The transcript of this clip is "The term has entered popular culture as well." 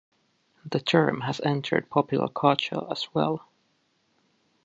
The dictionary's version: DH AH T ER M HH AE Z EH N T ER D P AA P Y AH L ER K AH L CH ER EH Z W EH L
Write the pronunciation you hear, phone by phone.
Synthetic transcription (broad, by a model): DH AH T ER M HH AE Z EH N T ER D P AA P Y L ER K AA CH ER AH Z W EH L